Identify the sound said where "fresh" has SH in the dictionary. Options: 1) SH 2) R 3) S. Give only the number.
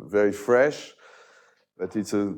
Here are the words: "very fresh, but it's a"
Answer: 1